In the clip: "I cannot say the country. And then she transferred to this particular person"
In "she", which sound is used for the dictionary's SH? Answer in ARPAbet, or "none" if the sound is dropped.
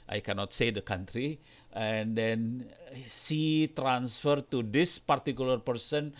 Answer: S